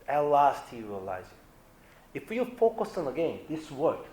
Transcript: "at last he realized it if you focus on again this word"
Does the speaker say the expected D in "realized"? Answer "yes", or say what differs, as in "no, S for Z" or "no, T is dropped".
no, D is dropped